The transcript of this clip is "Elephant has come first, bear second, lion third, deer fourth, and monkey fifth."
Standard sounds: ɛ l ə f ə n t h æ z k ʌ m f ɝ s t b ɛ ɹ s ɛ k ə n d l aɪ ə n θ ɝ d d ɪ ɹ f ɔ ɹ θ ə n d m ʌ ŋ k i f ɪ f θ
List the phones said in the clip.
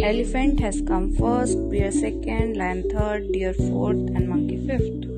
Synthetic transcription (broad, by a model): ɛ l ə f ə n t h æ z k ʌ m f ɝ s t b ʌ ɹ s ɛ k ə n d l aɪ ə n t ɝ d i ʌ ɹ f ɔ ɹ t ə n d m ʌ ŋ k i f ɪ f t